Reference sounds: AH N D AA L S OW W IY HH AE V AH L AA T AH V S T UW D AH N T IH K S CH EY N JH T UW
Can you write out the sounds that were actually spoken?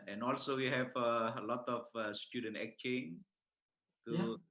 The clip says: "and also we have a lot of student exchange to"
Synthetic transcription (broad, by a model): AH N AA L S OW W IY HH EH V AH L AA T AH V S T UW D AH N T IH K CH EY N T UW